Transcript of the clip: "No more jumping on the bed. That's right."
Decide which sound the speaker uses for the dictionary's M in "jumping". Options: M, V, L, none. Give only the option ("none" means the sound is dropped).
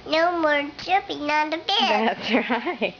none